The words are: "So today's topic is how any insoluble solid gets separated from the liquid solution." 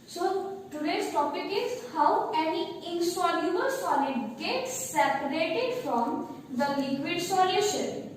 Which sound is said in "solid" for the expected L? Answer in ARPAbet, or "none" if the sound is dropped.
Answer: N